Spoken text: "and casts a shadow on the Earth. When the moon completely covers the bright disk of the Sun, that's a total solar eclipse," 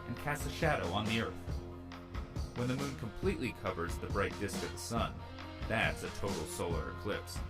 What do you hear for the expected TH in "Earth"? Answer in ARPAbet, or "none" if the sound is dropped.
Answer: TH